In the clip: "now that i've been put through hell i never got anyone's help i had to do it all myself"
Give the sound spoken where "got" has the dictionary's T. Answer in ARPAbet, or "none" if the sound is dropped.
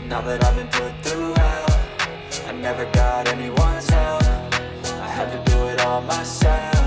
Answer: T